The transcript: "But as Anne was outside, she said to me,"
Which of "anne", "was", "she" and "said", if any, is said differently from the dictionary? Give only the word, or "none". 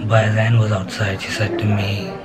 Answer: none